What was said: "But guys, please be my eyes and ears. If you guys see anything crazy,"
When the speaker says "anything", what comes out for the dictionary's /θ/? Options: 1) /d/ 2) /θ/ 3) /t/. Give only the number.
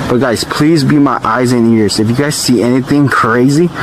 2